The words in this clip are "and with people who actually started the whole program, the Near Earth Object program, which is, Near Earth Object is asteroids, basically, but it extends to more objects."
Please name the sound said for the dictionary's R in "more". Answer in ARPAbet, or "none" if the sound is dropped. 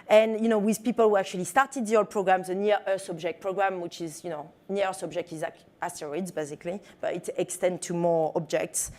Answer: R